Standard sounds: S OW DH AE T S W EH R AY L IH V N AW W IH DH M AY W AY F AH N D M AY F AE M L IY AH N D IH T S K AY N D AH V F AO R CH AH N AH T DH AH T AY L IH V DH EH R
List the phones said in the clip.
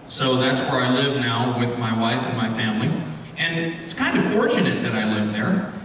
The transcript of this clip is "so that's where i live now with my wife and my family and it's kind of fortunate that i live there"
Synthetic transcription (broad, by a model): S OW DH AE T S W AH R AY L IH V N AW W IH DH M AY W AY F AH N M AY F AE M L IY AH N IH T S K AY N D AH F AO R CH AH N AH T DH AH T AY L IH V DH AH R